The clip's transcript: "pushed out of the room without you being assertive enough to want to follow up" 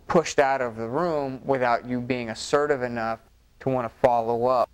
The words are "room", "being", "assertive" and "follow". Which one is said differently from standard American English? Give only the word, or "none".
none